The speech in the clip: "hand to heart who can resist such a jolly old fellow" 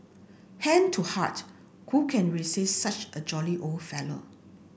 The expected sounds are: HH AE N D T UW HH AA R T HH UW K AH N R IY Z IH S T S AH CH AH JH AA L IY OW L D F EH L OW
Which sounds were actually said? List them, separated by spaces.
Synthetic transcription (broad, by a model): HH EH N T UW HH AA T HH UW K AH N R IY S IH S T S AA CH AH JH AA L IY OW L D F EH L OW